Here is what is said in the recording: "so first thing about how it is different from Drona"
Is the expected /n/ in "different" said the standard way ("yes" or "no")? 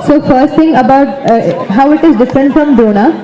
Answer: yes